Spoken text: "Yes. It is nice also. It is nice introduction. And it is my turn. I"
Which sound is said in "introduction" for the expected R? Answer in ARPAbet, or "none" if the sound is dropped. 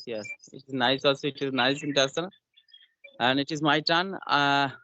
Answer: none